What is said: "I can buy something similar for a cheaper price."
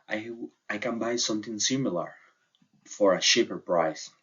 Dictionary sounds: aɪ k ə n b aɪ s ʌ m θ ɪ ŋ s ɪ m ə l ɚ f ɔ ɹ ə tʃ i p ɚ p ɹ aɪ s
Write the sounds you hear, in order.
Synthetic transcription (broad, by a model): aɪ k ə n b aɪ s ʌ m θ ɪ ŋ s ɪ m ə l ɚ f ɔ ɹ ə ʃ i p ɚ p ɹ aɪ s